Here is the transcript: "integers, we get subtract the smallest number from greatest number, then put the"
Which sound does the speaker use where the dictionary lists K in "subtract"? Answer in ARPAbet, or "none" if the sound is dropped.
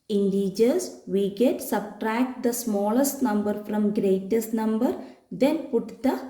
K